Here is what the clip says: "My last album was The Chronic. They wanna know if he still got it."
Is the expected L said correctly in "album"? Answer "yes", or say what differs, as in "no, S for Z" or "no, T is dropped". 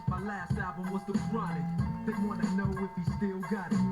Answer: no, L is dropped